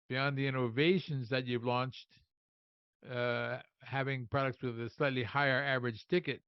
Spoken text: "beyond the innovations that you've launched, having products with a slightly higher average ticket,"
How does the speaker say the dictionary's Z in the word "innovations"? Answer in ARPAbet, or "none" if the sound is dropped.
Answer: Z